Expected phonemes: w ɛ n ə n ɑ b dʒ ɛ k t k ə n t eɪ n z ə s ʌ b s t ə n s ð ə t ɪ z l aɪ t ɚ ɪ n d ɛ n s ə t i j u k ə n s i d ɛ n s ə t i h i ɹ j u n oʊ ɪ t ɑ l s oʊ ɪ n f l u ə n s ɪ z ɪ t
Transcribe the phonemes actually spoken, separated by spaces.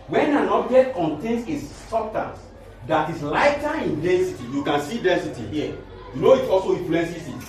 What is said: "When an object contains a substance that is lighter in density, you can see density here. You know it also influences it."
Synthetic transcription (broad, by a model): w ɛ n ə n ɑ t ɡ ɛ t k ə n t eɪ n s ə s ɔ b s t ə n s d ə t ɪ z l aɪ t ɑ ɪ n d ɛ n s ə t i j u k ə n s i d ɛ n s ə t i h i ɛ j u n oʊ ɪ t ɑ l s oʊ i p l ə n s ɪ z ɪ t